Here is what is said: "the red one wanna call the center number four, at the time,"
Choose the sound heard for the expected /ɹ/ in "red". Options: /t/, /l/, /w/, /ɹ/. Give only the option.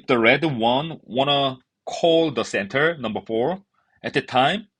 /ɹ/